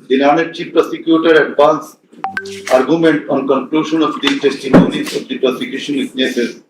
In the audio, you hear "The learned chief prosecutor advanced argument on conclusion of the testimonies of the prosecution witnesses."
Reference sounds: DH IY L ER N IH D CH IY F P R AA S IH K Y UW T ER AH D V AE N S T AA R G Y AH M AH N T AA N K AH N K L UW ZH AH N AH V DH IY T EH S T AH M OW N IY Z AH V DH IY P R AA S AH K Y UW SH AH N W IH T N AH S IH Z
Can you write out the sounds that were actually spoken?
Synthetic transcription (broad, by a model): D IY N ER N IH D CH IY P R AA S IH K Y UW T ER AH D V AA N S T AA R G Y AH M AH N T AA N K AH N K L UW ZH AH N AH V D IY T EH S T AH M OW N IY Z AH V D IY P R AA S AH K Y UW SH AH N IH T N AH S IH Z